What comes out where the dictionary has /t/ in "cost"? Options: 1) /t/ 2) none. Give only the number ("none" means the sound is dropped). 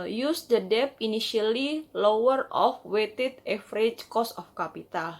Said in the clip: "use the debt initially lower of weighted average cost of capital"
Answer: 2